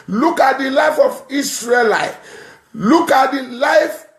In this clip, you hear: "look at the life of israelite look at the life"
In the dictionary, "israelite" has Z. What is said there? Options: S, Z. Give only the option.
S